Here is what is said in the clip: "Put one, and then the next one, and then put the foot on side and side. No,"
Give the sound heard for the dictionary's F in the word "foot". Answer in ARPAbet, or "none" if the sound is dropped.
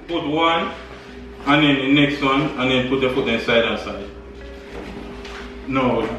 P